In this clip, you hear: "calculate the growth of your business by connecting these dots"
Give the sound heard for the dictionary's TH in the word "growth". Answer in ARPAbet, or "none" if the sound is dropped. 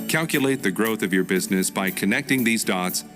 TH